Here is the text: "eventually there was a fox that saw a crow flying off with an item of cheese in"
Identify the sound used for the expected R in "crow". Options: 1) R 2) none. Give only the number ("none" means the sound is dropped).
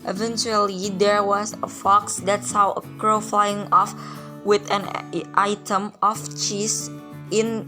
1